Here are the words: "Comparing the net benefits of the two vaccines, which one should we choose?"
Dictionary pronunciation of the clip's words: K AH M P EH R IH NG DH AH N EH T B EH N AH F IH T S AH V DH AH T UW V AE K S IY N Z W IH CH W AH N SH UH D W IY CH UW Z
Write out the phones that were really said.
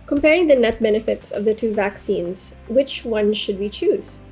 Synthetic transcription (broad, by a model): K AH M P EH R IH NG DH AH N EH T B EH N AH F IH T S AH V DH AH T UW V AE K S IY N Z W IH CH W AH N SH UH D W IY CH UW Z